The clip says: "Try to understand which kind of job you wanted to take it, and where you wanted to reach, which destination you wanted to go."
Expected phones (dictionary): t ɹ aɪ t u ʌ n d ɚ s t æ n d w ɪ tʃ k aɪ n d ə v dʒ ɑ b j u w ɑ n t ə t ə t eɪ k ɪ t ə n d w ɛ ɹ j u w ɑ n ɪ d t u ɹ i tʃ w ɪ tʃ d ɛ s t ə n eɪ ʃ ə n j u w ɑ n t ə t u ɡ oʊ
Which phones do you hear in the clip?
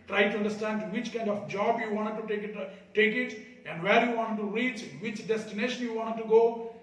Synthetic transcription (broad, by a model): t ɹ aɪ t u ʌ n d ɚ s t æ n d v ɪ tʃ k aɪ n d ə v dʒ ɑ b j u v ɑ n t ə t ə t eɪ k ɪ t ə n d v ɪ l j u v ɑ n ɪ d t u ɹ i tʃ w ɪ tʃ d ɛ s t ə n eɪ ʃ ə n j u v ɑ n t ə t u ɡ oʊ